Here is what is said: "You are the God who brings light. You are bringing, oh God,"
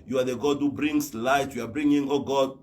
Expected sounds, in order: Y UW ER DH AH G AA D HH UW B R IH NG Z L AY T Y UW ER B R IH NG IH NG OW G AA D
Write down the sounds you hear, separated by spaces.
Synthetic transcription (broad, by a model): Y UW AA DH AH G AA D HH UW B R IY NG S L AY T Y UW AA B R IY NG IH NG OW G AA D